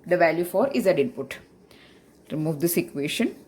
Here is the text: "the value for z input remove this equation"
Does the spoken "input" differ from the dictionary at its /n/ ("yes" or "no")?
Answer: no